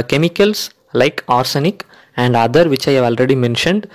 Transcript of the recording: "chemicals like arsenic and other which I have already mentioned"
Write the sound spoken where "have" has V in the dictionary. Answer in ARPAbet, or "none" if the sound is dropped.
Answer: V